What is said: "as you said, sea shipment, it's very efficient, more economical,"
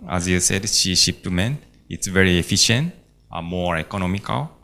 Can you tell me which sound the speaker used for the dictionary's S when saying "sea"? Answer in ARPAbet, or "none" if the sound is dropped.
SH